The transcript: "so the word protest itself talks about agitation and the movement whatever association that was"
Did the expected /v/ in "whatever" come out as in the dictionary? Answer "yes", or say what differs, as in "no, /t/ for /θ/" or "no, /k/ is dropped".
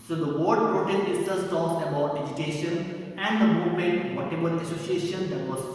no, /b/ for /v/